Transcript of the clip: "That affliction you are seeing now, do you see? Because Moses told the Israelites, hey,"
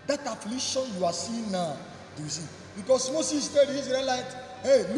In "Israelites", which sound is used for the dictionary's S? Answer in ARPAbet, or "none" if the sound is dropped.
none